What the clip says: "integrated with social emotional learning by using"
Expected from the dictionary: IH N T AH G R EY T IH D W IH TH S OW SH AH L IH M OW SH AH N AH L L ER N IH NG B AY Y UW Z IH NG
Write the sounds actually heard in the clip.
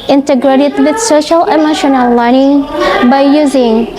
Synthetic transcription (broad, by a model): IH N T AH G R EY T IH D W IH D S OW SH AH L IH M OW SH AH N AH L L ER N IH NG B AY Y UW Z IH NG